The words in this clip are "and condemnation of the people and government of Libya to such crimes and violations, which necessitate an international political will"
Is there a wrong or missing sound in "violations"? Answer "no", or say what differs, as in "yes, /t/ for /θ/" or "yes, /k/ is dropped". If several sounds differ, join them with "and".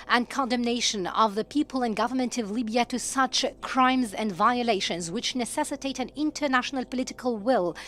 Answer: no